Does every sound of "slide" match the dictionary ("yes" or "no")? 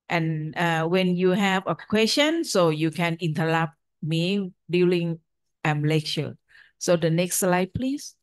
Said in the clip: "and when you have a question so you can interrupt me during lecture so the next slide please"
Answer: yes